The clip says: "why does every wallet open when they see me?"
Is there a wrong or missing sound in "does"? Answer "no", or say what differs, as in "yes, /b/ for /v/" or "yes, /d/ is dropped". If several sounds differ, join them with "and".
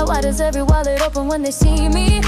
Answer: no